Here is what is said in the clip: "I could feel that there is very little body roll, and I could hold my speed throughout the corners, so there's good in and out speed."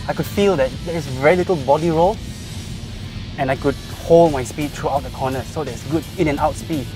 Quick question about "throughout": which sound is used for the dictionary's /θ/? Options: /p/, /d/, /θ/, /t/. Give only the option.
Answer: /t/